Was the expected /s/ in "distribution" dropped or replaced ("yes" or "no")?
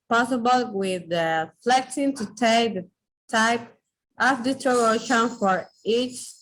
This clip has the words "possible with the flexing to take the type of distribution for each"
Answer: yes